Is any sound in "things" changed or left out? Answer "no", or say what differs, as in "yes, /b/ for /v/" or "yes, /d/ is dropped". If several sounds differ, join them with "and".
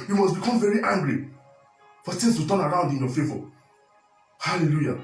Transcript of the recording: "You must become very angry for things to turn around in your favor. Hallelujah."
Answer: yes, /s/ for /θ/